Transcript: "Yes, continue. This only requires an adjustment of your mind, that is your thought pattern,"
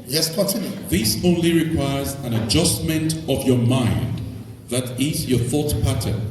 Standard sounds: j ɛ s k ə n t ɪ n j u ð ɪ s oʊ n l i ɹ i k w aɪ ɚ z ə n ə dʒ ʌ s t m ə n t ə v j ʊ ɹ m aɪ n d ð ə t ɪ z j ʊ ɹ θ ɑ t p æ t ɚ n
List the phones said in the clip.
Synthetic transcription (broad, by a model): j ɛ s k ə n t ɪ n j u ð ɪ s oʊ n l i ɹ i k w aɪ ɚ z ə n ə dʒ ʌ s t m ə n t ə v j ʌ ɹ m aɪ n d ð ə t ɪ z j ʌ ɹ θ ɑ t p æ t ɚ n